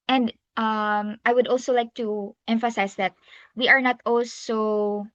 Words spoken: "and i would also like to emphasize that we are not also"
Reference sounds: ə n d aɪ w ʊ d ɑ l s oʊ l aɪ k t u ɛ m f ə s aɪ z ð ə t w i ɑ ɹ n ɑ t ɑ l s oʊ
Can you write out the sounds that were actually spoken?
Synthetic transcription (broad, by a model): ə n d aɪ w ʊ d ɑ l s oʊ l aɪ k t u ɛ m f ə s aɪ s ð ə t w i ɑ ɹ n ɑ t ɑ l s oʊ